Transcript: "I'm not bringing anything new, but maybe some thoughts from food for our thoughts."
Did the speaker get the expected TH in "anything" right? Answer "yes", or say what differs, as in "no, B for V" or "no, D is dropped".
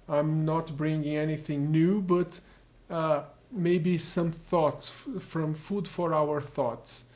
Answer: yes